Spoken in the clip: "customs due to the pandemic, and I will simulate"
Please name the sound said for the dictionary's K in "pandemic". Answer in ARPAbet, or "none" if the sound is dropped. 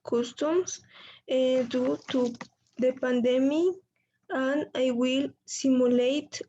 none